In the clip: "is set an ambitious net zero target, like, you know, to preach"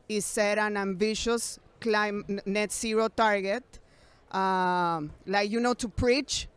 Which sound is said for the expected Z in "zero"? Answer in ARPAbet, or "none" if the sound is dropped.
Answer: S